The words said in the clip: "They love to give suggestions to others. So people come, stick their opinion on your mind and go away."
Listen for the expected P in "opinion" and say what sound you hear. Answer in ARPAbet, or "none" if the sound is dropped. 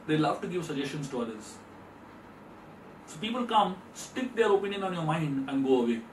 P